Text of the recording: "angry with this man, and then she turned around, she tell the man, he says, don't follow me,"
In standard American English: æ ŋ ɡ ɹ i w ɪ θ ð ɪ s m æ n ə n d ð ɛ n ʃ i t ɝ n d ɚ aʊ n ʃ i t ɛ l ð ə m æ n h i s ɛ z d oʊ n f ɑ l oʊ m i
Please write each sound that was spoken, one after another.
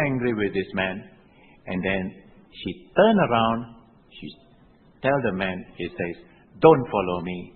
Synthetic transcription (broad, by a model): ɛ ŋ ɡ ɹ i w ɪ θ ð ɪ s m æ n ə n d ɛ n ʃ i t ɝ n ɚ aʊ n ʃ i t ɛ l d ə m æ n h i s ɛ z d oʊ n f ɑ l oʊ m i